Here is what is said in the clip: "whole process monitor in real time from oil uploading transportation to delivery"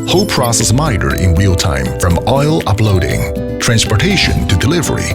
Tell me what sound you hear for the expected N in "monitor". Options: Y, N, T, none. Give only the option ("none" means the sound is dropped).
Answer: none